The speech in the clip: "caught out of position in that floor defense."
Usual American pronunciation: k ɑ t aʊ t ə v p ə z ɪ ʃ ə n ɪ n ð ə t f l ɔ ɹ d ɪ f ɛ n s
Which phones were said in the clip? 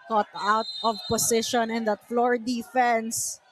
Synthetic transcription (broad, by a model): k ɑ t aʊ t ə v p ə s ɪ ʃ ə n ɪ n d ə t f l ɔ ɹ d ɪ f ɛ n s